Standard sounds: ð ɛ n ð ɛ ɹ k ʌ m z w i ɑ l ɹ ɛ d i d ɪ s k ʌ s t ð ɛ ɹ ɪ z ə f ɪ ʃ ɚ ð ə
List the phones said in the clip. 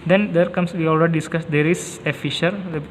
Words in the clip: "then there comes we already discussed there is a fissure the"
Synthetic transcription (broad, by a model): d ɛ n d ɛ ɹ k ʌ m s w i ɑ l ɹ ɛ d i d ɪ s k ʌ s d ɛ ɹ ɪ s ə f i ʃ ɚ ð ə